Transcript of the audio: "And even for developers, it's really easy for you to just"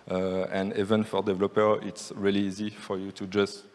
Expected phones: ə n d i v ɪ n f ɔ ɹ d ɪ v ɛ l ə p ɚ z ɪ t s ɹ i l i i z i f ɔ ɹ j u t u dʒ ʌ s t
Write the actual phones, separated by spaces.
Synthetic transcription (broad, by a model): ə n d i v ɪ n f ɔ ɹ d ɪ v l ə p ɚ ɪ t s ɹ i l i i z i f ɔ ɹ j u t u dʒ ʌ s t